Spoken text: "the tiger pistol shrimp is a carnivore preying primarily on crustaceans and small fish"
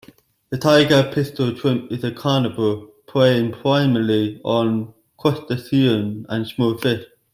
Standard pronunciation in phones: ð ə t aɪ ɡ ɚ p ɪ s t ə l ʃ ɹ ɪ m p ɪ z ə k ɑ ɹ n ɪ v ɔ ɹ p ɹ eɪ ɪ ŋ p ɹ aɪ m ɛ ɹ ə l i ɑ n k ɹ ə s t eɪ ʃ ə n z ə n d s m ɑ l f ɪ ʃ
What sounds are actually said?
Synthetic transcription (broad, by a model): ð ə t aɪ ɡ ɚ p ɪ s t ə l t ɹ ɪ m p ɪ z ə k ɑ n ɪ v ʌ l p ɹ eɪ ɪ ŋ p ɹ aɪ m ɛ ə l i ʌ n k w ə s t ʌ s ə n ə n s m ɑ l f ɪ ʃ